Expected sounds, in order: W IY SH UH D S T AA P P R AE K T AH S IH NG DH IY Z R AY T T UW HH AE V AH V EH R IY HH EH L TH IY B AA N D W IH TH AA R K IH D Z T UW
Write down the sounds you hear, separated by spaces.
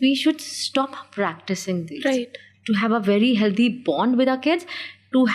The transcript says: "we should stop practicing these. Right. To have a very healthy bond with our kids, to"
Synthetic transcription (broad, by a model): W IY SH UH D S T AA P P R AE K T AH S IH NG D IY R AY T T UW HH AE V AH V EH R IY HH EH L T IY B AA N D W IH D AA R K IH D Z T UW